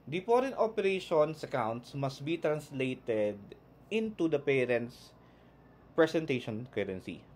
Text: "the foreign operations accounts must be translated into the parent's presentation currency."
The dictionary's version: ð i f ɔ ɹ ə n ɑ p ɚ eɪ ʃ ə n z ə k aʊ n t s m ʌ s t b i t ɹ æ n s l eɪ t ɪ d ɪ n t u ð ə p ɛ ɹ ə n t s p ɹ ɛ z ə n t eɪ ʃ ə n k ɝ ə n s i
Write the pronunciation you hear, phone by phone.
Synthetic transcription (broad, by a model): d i p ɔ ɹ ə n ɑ p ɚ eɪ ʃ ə n s ə k aʊ n t s m ʌ s t b i t ɹ æ n s l eɪ t ɪ d ɪ n t u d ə p ɛ ɹ ə n t s p ɹ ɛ s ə n t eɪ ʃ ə n k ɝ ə n s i